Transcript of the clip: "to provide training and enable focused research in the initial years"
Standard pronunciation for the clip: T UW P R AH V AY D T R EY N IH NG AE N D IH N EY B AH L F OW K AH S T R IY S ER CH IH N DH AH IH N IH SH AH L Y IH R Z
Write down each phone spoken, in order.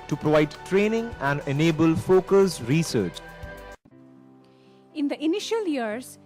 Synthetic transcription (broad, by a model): T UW P R AH V AY D T R EY N IH NG AE N D IH N EY B AH L F OW K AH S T R IY S ER CH IH N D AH IH N IH SH AH L Y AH R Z